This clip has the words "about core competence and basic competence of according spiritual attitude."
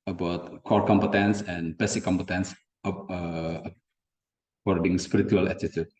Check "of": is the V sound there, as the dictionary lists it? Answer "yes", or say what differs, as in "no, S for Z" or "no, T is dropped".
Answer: no, P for V